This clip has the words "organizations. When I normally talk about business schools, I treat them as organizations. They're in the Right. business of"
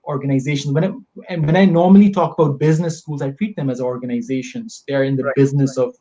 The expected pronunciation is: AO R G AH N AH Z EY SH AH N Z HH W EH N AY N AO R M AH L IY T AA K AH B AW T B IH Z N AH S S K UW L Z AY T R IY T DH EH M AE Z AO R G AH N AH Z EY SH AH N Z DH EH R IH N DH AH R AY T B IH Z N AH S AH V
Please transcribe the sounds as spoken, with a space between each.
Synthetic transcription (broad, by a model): AO R G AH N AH Z EY SH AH N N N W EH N AY N AO R M AH L IY T AA K AH B AW T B IH Z N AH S S K UW L Z AY T R IY T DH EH M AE Z AO R G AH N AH Z EY SH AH N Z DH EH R IH N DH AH B IH Z N AH S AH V